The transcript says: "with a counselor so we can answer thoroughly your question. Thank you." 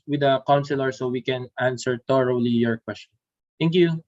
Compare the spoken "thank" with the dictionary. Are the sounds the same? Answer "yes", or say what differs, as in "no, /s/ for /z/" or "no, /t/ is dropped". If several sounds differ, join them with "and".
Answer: no, /t/ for /θ/